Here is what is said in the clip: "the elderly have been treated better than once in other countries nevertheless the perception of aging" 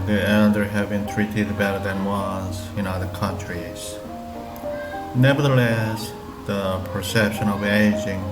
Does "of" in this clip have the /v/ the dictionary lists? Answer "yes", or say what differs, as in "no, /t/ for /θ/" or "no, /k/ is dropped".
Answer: yes